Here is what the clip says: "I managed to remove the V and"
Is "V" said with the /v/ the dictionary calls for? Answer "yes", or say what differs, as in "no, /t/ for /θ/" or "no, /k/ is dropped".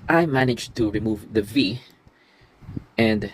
yes